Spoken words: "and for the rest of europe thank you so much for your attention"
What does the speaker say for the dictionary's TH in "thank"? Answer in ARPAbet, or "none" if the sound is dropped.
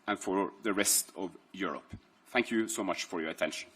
TH